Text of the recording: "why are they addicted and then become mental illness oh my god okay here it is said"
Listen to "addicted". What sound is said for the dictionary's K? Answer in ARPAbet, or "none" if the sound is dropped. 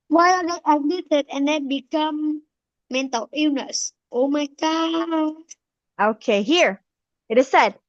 none